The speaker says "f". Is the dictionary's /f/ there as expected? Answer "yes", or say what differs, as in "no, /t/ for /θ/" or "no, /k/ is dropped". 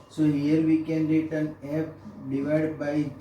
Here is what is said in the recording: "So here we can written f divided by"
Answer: no, /p/ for /f/